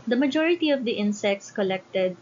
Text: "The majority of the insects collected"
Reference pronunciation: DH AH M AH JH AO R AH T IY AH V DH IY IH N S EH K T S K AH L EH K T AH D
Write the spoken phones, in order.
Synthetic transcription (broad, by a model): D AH M AH JH AO R AH T IY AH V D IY IH N S EH K T S K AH L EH K T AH D